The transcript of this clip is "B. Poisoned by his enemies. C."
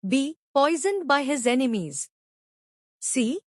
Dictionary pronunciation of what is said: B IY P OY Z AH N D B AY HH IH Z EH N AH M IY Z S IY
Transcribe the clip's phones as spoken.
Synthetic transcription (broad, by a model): B IY P OY Z AH N D B AY HH IH Z EH N AH M IY Z S IY